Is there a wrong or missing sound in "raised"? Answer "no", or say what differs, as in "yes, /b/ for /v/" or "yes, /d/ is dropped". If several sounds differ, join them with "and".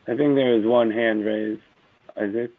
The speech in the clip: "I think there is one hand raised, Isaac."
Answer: yes, /d/ is dropped